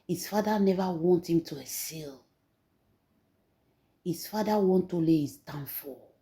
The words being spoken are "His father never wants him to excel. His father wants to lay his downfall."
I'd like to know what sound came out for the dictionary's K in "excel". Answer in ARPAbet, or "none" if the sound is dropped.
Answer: none